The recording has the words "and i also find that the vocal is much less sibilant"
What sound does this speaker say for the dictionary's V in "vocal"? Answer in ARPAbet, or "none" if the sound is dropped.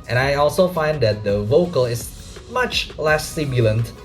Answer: V